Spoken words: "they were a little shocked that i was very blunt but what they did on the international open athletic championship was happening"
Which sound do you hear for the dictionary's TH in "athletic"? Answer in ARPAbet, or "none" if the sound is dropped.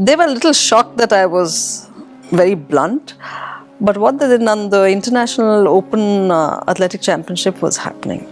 T